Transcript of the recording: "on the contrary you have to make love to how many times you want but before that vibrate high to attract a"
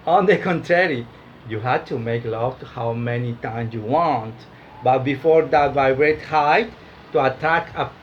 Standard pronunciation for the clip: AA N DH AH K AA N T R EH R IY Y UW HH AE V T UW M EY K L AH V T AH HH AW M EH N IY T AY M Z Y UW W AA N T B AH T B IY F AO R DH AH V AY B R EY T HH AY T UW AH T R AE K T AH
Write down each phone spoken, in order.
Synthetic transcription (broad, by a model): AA N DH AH K AA N T R EH R IY Y UW HH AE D T UW M EY K L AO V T HH AW M EH N IY T AY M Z Y UW W AA N T B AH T B IY F AO R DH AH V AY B R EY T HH AY T UW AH T AE K AH